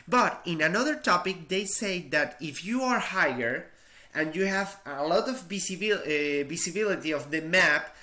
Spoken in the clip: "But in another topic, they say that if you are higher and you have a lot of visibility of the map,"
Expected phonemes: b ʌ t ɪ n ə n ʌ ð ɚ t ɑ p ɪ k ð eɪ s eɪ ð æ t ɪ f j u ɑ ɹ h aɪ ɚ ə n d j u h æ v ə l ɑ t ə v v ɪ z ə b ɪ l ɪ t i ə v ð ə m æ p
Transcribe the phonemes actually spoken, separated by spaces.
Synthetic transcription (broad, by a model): b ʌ t ɪ n ə n ʌ ð ɚ t ɑ p ɪ k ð eɪ s eɪ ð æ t ɪ f j u ɑ ɹ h aɪ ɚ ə n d j u h æ v ə l ɑ t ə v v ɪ s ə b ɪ l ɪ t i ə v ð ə m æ p